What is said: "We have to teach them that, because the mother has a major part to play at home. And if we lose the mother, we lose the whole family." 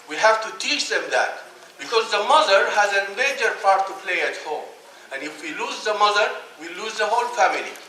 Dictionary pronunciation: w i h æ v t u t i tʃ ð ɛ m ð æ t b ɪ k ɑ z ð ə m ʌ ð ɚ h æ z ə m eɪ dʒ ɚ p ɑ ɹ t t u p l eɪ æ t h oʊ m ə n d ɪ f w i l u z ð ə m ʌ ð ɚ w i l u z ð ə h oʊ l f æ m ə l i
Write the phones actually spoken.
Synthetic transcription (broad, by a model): w i h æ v t u t i tʃ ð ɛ m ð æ t b ɪ k ɑ z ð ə m ʌ ð ɚ h æ z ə m eɪ dʒ ɚ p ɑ ɹ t t u p l eɪ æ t h oʊ m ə n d ɪ f w i l u z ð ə m ʌ ð ɚ w i l u z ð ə h oʊ l f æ m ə l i